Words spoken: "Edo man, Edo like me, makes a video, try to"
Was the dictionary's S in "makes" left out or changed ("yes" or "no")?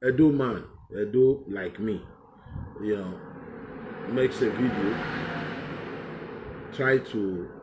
no